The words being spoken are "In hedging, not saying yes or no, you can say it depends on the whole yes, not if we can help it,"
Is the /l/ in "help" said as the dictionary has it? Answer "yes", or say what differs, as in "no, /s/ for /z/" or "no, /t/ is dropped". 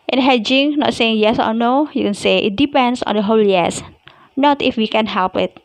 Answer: yes